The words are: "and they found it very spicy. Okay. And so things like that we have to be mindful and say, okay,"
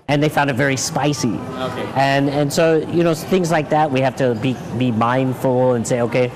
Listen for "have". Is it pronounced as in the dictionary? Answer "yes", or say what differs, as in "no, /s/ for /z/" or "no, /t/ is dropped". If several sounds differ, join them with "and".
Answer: no, /f/ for /v/